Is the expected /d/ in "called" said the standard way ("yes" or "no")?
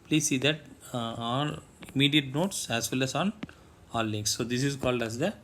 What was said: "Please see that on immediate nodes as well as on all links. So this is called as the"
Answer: yes